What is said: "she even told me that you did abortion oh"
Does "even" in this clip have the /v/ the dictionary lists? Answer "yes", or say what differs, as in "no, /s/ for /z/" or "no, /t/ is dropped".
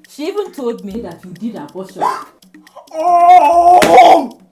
no, /b/ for /v/